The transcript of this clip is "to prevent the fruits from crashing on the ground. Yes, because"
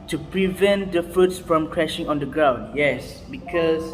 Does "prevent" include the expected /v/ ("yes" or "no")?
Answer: yes